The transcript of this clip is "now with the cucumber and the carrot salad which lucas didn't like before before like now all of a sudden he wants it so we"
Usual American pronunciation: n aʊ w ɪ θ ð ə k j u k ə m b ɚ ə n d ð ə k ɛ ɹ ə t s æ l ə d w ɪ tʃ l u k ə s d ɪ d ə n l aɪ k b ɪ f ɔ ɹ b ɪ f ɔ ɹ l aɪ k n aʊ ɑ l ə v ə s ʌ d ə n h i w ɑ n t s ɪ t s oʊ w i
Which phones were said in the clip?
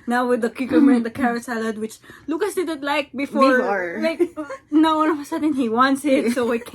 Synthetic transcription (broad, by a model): n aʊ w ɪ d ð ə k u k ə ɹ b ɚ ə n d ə k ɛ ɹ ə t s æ l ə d w ɪ tʃ l u k ə s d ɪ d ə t l aɪ k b b ɪ f ɔ ɹ l aɪ k n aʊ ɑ n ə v ə s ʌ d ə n h i w ɑ n t s ɪ t s oʊ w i